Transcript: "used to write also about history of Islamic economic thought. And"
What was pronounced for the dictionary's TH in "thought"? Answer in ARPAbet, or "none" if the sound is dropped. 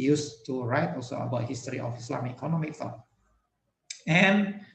F